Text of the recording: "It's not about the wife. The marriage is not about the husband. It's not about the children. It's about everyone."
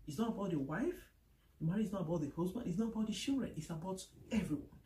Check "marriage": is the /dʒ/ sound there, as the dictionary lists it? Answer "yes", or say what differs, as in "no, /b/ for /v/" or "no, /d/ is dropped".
no, /dʒ/ is dropped